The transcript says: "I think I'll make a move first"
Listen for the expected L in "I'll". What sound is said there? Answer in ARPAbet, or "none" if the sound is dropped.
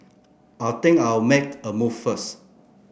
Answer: W